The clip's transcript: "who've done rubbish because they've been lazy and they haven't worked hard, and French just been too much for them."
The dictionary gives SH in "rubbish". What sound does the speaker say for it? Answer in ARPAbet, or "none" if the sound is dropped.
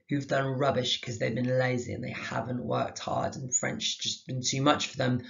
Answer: SH